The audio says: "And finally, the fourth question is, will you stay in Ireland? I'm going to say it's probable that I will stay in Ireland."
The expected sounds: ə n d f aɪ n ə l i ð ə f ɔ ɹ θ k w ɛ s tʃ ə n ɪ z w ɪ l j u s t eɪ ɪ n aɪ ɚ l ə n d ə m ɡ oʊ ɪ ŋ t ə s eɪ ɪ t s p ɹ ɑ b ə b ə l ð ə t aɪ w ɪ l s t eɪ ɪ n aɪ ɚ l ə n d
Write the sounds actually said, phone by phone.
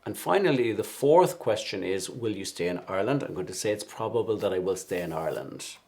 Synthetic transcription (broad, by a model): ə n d f aɪ n ə l i ð ə f ɔ ɹ θ k w ɛ s tʃ ə n ɪ z w ɪ l j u s t eɪ ɪ n aɪ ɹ l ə n d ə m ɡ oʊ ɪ t ə s eɪ ɪ t s p ɹ ɑ b ə b ə l ð ə t aɪ w ɪ l s t eɪ ɪ n aɪ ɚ l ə n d